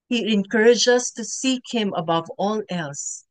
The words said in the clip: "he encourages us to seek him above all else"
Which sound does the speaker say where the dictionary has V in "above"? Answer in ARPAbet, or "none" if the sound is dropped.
V